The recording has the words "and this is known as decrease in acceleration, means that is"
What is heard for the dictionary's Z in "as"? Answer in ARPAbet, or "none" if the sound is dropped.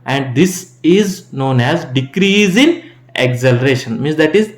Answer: Z